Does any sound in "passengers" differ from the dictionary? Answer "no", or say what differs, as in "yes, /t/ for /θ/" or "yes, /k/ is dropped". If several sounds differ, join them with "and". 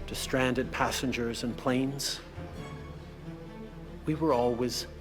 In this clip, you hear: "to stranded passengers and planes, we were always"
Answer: no